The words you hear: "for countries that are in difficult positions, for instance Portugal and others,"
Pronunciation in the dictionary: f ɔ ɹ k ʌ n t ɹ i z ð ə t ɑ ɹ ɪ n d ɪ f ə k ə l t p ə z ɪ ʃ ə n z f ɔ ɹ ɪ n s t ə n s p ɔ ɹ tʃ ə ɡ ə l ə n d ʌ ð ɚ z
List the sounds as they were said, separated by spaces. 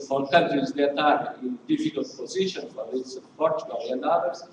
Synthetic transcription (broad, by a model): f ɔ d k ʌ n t i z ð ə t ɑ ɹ ɪ n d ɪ f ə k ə l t p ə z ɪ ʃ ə n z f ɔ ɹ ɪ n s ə p ɔ ɹ tʃ ə ɡ ə l ə n d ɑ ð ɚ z